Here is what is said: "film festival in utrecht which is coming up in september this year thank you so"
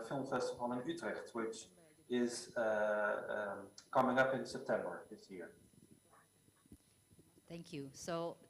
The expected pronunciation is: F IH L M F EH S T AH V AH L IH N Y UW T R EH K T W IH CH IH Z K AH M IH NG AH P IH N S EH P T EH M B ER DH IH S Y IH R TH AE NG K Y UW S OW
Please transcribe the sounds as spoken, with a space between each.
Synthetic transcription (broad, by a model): F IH L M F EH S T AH F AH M IH N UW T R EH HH T W IH CH IH Z K AH M IH NG AH P IH N S EH P T EH M B ER DH IH S Y IH R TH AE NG K Y UW S OW